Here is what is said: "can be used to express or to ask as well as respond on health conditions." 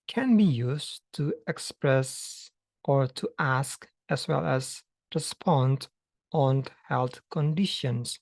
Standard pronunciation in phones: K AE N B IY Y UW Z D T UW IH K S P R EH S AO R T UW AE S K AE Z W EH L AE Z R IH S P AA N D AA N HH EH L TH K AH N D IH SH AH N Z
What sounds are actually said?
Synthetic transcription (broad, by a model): K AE N B IY Y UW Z T UW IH K S P R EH S AO R T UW AE S K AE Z W EH L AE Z R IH S P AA N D AA N HH EH L TH K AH N D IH SH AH N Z